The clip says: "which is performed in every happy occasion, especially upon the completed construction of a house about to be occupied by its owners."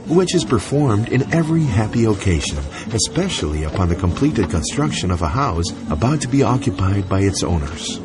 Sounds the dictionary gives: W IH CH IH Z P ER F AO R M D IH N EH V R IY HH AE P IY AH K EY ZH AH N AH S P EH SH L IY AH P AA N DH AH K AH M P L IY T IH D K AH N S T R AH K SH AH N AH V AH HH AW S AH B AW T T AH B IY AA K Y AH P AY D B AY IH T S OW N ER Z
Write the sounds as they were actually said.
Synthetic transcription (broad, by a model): W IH CH IH Z P ER F AO R M D IH N EH V R IY HH AE P IY AH K EY ZH AH N AH S P EH SH L IY AH P AA N DH AH K AH M P L IY T IH D K AH N S T R AH K SH AH N AH V AH HH AW S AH B AW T T AH B IY AA K Y AH P AY D B AY IH T S OW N ER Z